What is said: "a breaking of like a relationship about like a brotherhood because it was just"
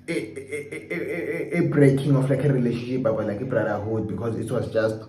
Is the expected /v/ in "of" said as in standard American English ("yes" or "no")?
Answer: no